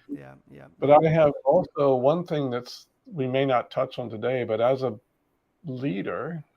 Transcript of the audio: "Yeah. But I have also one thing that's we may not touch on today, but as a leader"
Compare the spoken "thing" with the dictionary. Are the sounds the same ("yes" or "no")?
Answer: yes